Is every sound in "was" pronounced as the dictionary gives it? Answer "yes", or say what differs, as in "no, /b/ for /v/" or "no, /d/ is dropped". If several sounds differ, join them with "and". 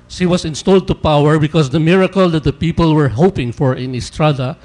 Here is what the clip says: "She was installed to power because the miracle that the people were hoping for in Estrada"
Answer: no, /s/ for /z/